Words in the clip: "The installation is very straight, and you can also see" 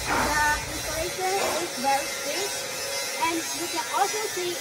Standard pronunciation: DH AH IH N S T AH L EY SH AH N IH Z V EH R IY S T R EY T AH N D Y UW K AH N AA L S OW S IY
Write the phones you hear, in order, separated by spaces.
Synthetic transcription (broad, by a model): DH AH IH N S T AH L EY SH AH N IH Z V EH R IY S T EY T AH N D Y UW K AH N AA L S OW S IY